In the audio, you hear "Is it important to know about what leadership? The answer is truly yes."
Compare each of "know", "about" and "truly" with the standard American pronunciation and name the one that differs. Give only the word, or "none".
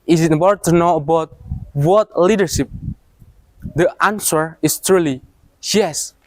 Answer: none